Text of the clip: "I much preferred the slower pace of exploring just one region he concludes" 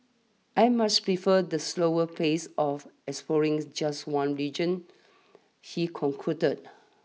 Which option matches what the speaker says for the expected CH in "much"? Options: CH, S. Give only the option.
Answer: S